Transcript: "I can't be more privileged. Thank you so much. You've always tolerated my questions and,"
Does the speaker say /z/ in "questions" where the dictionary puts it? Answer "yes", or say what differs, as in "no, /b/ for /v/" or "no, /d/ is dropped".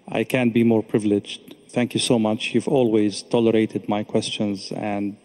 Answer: yes